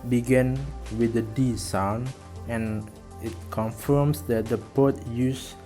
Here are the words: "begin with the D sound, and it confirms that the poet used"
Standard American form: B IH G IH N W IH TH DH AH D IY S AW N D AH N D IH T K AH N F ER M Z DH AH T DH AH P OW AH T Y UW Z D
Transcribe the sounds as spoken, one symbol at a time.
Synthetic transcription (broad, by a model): B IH G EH N W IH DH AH D IY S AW N AH N IH T K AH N F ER M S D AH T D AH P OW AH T Y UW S